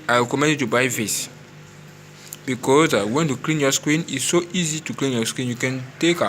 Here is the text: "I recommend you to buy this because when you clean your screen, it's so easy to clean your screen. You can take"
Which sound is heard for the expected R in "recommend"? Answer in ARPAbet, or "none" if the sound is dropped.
W